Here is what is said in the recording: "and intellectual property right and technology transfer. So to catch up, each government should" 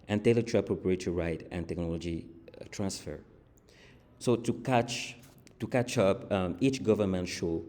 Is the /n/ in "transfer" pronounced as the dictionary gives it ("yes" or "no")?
yes